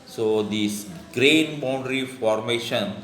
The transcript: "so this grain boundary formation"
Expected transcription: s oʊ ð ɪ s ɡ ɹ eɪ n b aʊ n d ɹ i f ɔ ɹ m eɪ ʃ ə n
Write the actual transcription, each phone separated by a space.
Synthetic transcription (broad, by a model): s oʊ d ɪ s ɡ ɹ eɪ n b aʊ n d ɹ i f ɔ ɹ m eɪ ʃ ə n